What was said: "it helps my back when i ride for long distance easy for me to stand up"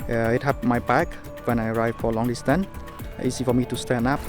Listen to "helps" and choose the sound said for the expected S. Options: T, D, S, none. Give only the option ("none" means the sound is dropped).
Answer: none